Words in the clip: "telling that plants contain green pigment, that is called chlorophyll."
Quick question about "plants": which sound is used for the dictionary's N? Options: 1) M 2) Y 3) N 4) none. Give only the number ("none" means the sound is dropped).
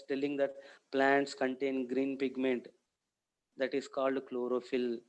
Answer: 3